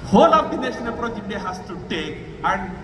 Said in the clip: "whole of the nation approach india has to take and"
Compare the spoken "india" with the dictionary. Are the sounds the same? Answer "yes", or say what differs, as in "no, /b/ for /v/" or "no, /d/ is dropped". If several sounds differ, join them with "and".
no, /n/ is dropped